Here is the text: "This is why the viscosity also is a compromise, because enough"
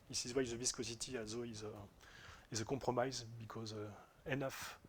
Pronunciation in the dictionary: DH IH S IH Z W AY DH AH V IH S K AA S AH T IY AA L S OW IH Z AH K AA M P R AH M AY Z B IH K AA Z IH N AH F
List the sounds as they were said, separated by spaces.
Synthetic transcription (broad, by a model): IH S IH Z W AY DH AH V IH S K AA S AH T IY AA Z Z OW IH Z AH K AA P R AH M AY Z B IH K AA Z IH N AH F